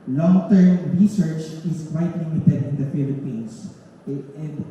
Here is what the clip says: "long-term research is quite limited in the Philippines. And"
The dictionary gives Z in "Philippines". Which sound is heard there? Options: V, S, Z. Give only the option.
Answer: S